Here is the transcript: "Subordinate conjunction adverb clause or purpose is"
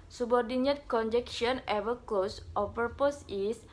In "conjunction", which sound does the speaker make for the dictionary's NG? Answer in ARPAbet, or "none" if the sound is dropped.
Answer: none